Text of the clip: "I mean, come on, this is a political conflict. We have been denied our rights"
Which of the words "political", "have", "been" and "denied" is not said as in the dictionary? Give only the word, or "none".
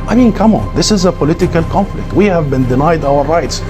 none